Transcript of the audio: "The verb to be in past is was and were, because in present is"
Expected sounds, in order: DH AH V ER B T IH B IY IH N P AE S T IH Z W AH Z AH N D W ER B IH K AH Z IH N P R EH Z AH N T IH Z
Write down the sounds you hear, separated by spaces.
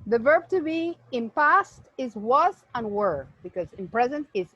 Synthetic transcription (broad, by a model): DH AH V ER B T IH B IY IH N P AE S T IH Z W AH Z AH N W ER B IH K AH Z IH N P R EH Z AH N T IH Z